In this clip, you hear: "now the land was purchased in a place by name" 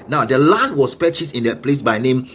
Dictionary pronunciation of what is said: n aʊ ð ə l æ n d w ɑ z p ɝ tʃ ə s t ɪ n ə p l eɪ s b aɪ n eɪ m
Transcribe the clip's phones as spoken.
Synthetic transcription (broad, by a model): n aʊ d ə l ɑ n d w ɑ s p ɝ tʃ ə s ɪ n ə p l eɪ s b aɪ n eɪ m